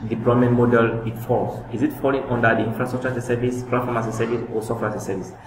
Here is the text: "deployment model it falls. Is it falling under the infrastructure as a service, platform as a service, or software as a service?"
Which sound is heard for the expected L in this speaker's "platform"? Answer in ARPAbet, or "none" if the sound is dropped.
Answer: none